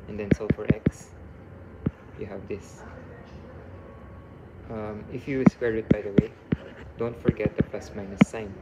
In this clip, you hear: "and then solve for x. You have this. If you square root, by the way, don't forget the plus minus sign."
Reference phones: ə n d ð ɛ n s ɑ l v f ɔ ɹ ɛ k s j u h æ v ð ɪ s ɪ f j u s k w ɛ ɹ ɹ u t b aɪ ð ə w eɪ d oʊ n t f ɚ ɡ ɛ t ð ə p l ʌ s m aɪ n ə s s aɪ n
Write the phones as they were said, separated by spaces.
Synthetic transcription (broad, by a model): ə n d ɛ n s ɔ f ɔ ɹ ɛ k s j u h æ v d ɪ s ɪ f j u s w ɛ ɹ ɹ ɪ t b aɪ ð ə w eɪ d oʊ n t f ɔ ɡ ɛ t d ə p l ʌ s m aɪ n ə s s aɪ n